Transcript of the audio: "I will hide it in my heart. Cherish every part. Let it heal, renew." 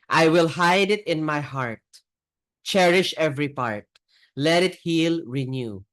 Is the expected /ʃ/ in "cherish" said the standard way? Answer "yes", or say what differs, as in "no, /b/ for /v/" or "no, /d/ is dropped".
yes